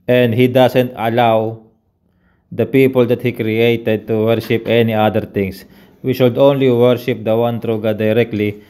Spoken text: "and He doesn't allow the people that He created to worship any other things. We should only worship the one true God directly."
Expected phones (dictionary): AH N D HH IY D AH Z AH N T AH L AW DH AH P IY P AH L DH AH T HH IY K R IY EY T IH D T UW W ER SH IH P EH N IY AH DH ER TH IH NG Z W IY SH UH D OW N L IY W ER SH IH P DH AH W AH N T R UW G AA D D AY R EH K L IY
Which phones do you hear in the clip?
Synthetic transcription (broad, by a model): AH N D HH IY D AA S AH N T AH L AW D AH P IY P AH L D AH T HH IY K R IY EY T IH D T UW W ER SH IH P EH N IY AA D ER T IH NG S W IY SH UH D OW N L IY W ER SH IH P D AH W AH N T R UW G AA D D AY R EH K L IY